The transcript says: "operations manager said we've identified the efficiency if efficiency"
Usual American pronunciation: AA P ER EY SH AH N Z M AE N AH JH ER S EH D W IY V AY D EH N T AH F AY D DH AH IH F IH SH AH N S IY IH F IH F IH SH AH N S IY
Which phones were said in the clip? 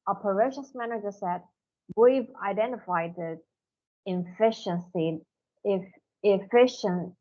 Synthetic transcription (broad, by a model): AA P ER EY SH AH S M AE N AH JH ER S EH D W IY V AY D EH N T AH F AY D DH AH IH F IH SH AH N S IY IH F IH F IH SH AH N